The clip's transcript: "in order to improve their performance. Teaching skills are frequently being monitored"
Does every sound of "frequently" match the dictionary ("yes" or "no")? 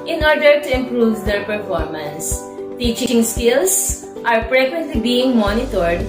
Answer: no